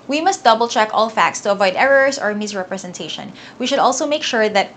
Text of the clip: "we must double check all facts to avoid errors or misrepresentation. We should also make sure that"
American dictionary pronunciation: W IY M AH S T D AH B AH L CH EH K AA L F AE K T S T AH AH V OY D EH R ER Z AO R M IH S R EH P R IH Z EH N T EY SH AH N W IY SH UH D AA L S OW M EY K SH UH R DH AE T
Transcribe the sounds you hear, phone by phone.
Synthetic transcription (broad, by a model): W IY M AH S T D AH B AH L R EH K AA L F AE K T S T AH AH V OY D EH R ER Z AO R M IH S R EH P R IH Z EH N T EY SH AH N W IY SH UH D AA L S OW M EY K SH UH R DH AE T